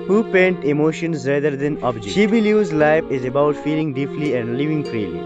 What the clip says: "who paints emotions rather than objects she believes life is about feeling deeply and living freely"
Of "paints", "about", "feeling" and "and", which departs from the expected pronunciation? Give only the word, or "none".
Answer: paints